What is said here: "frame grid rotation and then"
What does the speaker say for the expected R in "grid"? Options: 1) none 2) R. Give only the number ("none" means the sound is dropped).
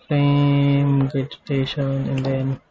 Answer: 1